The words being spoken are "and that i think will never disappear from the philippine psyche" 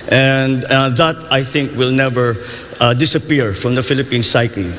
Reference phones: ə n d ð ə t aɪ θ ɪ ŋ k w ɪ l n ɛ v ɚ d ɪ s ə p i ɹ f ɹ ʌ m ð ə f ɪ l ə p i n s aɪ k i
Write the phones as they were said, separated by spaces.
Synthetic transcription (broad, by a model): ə n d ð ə t aɪ θ ɪ ŋ k w ɪ l n ɛ v ɚ d ɪ s ə p i ɹ f ɹ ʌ m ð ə f ɪ l ə p i n s aɪ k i